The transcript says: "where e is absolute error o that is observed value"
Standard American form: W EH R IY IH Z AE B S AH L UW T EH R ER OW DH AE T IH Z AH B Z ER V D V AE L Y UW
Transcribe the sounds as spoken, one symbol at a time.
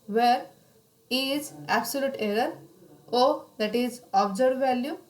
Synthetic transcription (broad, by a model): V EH R IY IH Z AE B S AH L UW T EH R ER OW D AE T IH Z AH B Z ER D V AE L Y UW